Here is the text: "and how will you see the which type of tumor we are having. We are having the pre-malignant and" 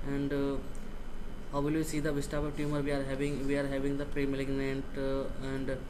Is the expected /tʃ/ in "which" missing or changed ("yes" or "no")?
yes